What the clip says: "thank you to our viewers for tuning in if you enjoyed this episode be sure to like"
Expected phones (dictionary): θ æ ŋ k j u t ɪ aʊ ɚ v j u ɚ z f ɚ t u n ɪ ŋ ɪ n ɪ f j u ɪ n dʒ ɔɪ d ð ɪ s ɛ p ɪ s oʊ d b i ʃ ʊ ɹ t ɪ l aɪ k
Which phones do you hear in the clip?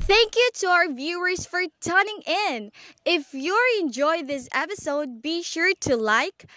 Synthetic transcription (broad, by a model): θ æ ŋ k j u t ɪ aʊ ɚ v j u ɚ z f ɚ t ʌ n ɪ ŋ ɪ n ɪ f j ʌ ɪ n dʒ ɔɪ ð ɪ s ɛ p ɪ s oʊ d b i ʃ ʊ ɹ t ɪ l aɪ k